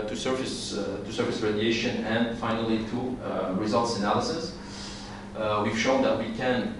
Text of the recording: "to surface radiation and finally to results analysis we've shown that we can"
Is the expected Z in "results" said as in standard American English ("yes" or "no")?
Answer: yes